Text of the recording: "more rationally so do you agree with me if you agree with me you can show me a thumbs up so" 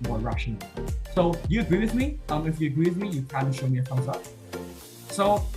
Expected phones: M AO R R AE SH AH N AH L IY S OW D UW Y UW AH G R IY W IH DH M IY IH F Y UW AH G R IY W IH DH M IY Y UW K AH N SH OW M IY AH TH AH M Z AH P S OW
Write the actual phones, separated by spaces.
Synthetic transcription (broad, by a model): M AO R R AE SH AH N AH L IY S OW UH Y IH AH G R IY W IH DH M IY IH F Y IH AH G R IY W IH DH M IY Y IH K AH L SH OW M IY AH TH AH Z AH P S OW